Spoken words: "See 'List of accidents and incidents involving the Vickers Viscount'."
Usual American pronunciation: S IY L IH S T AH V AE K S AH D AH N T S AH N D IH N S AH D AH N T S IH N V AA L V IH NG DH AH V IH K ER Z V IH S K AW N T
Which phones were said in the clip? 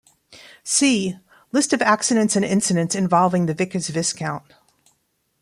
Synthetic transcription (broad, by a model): S IY L IH S T AH V AE K S AH D AH N T S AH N IH N S AH D AH N T S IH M V AA L V IH NG DH AH V IH K ER Z V IH S K AW N T